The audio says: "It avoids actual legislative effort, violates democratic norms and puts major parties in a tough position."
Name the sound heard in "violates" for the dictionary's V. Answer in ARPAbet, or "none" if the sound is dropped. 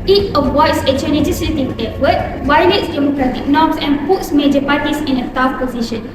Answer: W